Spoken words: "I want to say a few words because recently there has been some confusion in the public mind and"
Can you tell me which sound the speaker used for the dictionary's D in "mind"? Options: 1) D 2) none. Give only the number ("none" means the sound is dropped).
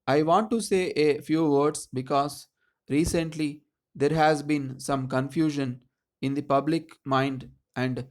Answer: 1